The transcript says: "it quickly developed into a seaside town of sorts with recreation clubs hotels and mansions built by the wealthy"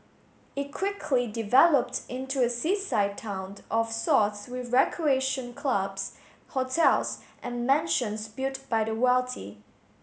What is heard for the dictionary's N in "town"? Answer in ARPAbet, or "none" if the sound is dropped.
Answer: N